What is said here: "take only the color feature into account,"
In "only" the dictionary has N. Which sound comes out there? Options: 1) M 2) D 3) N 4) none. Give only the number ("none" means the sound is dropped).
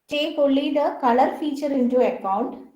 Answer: 4